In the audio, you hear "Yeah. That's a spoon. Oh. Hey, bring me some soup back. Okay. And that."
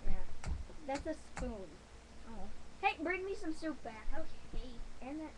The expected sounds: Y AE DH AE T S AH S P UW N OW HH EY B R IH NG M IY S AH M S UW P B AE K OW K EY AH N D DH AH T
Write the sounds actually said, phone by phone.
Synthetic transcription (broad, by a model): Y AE DH AE T S AH S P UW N OW HH EY B R IH NG M IY S AH M S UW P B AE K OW EY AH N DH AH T